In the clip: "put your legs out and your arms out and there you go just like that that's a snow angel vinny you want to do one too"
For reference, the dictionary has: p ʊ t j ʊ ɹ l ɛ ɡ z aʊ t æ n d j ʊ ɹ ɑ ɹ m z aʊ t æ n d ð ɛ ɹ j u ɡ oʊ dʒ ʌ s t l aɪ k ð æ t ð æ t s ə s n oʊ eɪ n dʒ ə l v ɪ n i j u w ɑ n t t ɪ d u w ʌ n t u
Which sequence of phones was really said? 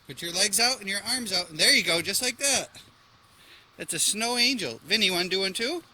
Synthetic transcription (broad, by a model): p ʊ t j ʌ ɹ l ɛ ɡ z aʊ t n j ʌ ɹ ɑ ɹ m z aʊ t n ð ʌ ɹ j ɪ ɡ oʊ dʒ ʌ s t l aɪ k ð æ t ð æ t s ə s n oʊ eɪ n dʒ l v ɪ n i w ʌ n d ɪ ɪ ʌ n t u